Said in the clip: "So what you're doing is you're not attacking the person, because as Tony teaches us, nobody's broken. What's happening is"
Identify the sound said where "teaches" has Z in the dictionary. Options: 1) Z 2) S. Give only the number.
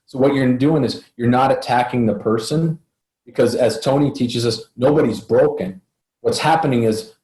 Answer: 1